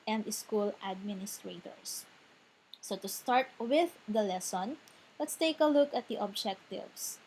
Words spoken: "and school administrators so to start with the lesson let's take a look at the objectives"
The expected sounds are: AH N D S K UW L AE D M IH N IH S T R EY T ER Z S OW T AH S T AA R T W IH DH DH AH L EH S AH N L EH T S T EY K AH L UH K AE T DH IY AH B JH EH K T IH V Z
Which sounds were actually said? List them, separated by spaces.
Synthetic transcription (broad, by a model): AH N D S K UW L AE D M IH N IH S T R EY T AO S S OW T AH S T AA R T W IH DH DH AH L EH S AH N L EH T S T EY K AH L UH K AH T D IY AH B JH EH K T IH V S